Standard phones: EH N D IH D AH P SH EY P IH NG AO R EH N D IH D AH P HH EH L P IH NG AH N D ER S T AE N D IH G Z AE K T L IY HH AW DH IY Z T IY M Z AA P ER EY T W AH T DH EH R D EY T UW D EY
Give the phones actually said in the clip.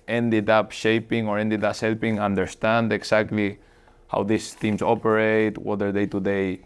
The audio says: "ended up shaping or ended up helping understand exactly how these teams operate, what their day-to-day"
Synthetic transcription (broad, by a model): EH N D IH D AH P SH EY P IH NG AO R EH N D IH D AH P HH EH L P IH NG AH N D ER S T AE N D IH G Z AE K T L IY HH AW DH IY S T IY M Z AA P ER EY T W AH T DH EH R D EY T UW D EY